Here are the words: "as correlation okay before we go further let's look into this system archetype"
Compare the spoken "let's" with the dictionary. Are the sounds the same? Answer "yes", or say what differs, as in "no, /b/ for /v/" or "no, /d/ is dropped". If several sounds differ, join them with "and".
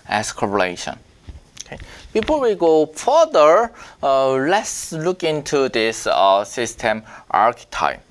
yes